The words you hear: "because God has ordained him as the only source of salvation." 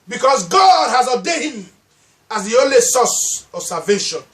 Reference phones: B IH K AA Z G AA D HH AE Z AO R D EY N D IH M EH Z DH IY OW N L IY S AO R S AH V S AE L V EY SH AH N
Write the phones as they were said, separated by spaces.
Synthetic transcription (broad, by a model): B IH K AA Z G AA D HH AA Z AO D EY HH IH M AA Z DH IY OW N L IY S AO S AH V S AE V EY SH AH N